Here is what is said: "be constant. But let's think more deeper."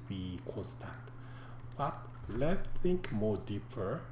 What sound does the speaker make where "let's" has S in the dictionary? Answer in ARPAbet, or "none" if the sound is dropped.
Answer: none